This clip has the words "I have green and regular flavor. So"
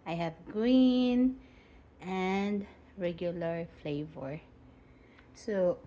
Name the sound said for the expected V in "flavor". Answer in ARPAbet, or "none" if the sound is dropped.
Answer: V